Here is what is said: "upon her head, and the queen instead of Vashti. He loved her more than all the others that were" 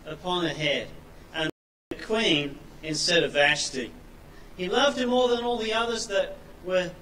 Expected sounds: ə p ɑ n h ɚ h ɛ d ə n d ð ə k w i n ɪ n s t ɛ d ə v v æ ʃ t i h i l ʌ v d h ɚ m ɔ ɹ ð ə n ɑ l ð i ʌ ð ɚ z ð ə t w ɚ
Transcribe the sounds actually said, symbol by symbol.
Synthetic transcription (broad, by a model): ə p ɑ n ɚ h ɛ d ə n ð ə k w i n ɪ n s t ɛ d ə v v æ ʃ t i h i l ʌ v d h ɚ m ɔ ɹ ð ə n ɑ l ð i ʌ ð ɚ z ð ə t w ɚ